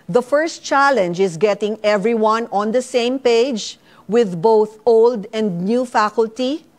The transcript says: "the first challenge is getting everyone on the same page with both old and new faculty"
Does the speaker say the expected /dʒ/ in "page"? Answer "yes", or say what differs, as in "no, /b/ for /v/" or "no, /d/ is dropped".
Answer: yes